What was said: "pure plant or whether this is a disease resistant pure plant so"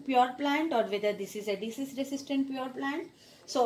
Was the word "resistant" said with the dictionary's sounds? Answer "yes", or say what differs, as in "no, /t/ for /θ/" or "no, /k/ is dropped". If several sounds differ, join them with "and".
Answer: no, /s/ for /z/